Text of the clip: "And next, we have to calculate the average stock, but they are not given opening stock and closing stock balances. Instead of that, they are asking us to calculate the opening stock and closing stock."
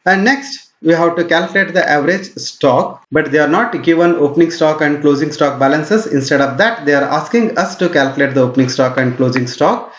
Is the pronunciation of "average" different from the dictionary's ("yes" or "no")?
no